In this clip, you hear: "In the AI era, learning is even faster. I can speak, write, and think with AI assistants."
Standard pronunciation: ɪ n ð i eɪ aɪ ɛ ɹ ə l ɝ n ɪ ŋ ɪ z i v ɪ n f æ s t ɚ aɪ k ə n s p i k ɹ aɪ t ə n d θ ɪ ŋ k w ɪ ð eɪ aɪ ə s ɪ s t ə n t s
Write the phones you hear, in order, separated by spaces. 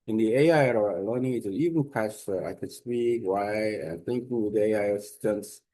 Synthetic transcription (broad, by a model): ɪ n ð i eɪ aɪ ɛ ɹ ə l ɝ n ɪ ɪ i v ɪ n p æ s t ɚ aɪ k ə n s p i k w aɪ ə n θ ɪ ŋ k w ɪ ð eɪ aɪ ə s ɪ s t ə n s